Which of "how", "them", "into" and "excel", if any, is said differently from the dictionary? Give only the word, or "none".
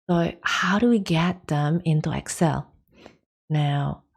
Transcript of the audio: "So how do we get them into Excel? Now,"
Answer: none